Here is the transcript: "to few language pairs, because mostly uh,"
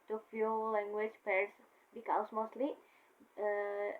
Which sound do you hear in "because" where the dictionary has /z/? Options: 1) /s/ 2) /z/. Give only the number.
1